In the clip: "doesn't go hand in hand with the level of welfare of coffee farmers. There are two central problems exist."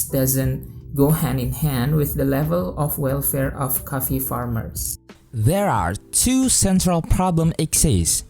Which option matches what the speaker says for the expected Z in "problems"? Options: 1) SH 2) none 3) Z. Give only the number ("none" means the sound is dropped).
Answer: 2